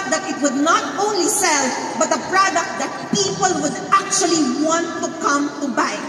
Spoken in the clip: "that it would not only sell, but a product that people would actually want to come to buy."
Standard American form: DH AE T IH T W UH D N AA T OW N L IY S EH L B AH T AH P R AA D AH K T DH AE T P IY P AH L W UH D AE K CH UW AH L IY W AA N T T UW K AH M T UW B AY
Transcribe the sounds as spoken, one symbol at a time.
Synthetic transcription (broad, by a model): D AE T IH T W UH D N AA T OW N L IY S EH L B AH T AH P R AA D AH K T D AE T P IY P AH L W UH D AE K CH UW AH L IY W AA N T T UW K AH M T UW B AY